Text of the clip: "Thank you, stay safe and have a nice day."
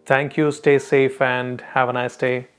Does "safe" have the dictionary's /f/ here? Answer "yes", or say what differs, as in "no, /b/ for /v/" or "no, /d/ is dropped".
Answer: yes